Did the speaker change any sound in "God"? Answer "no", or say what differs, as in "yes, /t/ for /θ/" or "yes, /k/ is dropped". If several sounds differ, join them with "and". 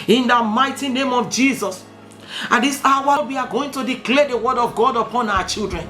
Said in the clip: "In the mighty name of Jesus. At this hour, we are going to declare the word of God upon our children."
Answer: no